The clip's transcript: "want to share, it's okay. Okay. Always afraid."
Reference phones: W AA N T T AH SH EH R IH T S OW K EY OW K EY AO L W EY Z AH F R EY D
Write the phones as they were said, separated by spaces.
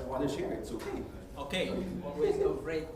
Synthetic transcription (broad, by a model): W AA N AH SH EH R IH T S OW K EY OW K EY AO W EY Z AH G R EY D